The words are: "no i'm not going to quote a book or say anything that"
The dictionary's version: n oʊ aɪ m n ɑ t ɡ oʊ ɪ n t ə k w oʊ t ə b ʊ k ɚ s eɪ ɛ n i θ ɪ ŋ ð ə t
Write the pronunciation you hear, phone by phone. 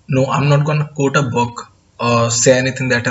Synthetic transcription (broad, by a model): n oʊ aɪ m n ɑ t ɡ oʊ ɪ n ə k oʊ t ə b ʊ k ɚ s eɪ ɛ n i t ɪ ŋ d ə t